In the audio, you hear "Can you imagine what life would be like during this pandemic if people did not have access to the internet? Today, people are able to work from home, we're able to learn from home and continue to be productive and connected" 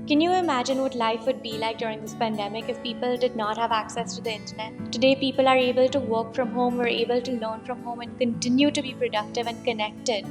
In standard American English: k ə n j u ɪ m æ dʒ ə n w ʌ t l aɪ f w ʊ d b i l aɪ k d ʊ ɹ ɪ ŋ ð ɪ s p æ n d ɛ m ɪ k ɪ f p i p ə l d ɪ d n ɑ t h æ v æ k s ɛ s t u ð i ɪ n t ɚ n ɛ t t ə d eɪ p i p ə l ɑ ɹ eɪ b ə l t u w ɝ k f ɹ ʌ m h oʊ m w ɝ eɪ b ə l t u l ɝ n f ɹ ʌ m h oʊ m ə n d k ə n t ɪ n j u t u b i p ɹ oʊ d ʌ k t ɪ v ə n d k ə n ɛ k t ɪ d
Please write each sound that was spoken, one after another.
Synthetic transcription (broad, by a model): k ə n j u ɪ m æ dʒ ə n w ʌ t l aɪ f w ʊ d b i l aɪ k d ʊ ɹ ɪ ŋ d ɪ s p æ n d ɛ m ɪ k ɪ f p i p ə l d ɪ d n ɑ t h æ v æ k s ɛ s t u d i ɪ n t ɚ n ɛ t t ə d eɪ p i p ə l ɑ ɹ eɪ b ə l t u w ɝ k f ɹ ʌ m h oʊ m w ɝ eɪ b ə l t u l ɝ n f ɹ ʌ m h oʊ m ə n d k ə n t ɪ n j u t u b i p ɹ oʊ d ʌ k t ɪ v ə n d k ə n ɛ k t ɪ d